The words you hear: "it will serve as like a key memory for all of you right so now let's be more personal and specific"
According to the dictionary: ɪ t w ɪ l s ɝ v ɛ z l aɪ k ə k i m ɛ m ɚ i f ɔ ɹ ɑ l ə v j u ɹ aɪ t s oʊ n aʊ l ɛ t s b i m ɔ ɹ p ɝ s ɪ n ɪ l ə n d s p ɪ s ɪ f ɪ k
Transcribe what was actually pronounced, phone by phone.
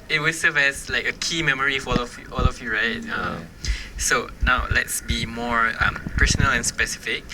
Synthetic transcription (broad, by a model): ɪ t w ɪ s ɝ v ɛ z l aɪ k ə k i m ɛ m ɚ i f ɔ l ɑ l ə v j u ɹ aɪ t s oʊ n aʊ l ɛ t s b i m ɔ ɹ p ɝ s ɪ n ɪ l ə n s p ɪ s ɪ f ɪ k